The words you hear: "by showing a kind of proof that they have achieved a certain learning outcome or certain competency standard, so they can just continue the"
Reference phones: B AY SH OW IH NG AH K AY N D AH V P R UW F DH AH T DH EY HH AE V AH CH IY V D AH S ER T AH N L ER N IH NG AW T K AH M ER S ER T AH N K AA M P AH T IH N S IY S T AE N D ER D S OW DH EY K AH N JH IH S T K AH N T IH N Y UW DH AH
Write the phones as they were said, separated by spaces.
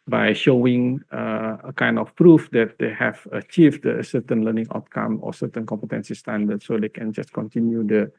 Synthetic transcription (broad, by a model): B AY SH OW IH NG AH K AY N D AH F P R UW F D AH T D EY HH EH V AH CH IY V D AH S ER T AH N L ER N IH NG AW T K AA M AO S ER T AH N K AA M P AH T IH N S IY S T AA N D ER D S OW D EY K AH N JH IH S K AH N T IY N Y UW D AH